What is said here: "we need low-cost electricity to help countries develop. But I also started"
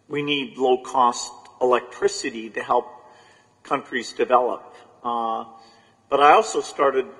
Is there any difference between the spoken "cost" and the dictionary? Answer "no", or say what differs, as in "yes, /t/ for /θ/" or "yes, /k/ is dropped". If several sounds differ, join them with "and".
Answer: no